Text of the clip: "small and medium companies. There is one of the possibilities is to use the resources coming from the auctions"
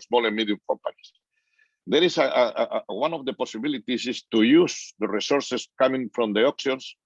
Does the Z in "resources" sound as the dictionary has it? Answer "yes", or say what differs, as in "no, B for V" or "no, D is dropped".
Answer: no, S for Z